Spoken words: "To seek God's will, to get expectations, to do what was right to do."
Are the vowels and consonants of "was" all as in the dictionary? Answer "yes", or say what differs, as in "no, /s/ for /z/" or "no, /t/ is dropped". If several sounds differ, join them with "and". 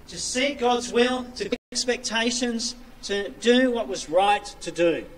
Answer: yes